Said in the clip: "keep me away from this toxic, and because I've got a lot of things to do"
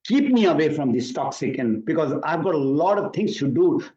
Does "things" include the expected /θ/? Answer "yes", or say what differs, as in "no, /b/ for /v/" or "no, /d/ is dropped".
no, /t/ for /θ/